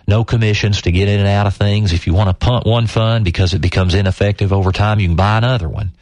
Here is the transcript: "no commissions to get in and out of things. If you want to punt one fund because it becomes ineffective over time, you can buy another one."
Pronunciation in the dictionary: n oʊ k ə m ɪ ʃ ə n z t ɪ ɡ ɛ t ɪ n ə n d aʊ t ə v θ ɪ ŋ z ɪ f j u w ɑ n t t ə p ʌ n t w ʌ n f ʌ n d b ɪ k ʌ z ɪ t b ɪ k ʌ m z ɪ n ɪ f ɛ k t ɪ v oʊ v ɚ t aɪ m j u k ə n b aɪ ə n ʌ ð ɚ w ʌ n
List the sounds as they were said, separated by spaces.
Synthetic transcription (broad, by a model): n oʊ k ə m ɪ ʃ ə n z t ɪ ɡ ɛ t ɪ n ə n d aʊ t ə v θ ɪ ŋ z ɪ f j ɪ w ɑ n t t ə p ʌ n t w ʌ n f ʌ n b ɪ k ʌ z ɪ t b ɪ k ʌ m z ɪ n ɪ f ɛ k t ɪ v oʊ v ɚ t aɪ m j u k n b aɪ ə n ʌ ð ɚ w ʌ n